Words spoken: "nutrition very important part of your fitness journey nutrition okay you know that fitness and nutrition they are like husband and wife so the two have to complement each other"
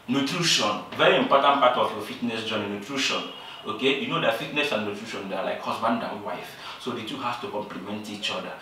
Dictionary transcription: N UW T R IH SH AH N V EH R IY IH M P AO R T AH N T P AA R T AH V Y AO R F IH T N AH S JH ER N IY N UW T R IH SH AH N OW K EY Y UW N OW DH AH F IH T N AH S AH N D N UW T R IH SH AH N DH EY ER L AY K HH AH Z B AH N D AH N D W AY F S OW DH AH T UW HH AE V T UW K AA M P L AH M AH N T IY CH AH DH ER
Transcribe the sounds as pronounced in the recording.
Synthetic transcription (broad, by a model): N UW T R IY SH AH N V EH R IY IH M P AO T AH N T P AA T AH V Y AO F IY T N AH S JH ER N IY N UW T R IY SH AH N OW K EY Y UW N OW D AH F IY T N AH S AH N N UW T R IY SH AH N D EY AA L AY K HH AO S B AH N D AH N W AY F S OW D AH T UW HH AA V T UW K AA M P L AH M AH N T IY CH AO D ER